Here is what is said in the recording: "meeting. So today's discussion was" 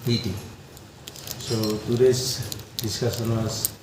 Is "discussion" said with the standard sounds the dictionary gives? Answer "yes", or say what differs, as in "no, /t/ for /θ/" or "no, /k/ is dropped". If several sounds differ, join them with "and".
no, /s/ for /ʃ/